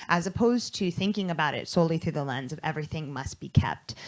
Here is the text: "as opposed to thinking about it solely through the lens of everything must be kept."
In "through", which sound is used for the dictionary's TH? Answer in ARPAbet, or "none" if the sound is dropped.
TH